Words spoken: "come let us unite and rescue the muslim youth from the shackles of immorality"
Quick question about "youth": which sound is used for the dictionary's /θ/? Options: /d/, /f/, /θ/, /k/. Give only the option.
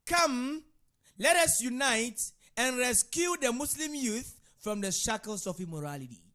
/θ/